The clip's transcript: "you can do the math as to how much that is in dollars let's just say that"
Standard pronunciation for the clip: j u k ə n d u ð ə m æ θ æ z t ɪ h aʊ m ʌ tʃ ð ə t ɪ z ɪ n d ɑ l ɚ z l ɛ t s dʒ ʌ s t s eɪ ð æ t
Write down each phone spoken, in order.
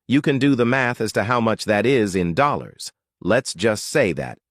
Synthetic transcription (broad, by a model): j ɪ k ə n d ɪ ð ə m æ θ æ z t ɪ h aʊ m ʌ tʃ ð ə t ɪ z ɪ n d ɑ l ɚ z l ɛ t s dʒ ʌ s t s eɪ ð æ t